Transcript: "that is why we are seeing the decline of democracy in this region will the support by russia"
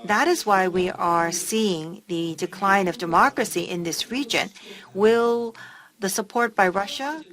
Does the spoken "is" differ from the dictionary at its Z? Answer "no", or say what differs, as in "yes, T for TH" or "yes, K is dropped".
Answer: no